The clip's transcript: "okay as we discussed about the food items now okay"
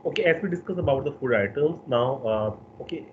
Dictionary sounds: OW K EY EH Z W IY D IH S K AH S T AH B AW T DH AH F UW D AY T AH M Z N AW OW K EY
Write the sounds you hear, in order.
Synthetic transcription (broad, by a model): OW K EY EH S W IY D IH S K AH S AH B AW T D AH F UW D AY T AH M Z N AW OW K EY